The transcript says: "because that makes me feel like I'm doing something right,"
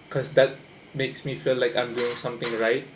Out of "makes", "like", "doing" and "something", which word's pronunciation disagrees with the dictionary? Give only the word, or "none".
something